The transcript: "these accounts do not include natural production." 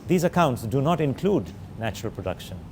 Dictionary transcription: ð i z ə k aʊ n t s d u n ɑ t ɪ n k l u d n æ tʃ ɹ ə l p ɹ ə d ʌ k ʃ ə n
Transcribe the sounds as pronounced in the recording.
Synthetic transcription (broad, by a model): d i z ə k aʊ n t s d u n ɑ t ɪ n k l u d n æ tʃ ɹ ə l p ɹ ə d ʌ k ʃ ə n